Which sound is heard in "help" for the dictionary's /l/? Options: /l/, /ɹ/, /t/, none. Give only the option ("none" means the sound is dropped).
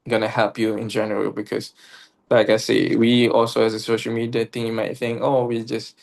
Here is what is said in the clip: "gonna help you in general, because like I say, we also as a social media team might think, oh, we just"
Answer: /l/